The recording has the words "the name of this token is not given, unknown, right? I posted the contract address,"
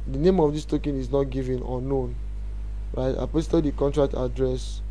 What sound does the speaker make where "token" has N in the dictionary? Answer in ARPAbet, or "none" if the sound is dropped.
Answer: N